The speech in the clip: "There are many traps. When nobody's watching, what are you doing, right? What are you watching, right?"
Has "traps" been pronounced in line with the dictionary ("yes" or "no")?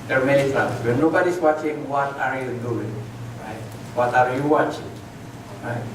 no